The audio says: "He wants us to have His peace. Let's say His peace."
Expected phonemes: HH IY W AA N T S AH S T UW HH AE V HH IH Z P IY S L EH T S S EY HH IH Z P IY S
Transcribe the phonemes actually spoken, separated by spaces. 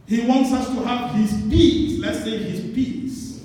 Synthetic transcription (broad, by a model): HH IY W AA N T S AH S T UW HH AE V HH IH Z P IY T L EH T S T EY HH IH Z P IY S